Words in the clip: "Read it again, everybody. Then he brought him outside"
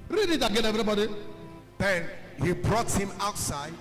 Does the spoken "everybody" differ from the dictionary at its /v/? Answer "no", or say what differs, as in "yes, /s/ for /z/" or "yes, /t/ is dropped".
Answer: yes, /v/ is dropped